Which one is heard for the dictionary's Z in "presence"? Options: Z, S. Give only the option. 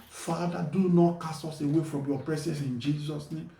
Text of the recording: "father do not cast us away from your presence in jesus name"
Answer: S